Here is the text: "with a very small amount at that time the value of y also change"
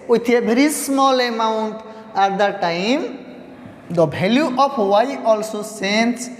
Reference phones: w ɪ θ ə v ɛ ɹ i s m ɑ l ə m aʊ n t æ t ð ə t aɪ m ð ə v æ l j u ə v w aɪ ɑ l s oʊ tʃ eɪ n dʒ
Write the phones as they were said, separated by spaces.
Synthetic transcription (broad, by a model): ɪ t ə b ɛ ɹ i s m ɑ l ə m aʊ n t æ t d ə t aɪ m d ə b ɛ l j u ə p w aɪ ɑ l s oʊ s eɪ n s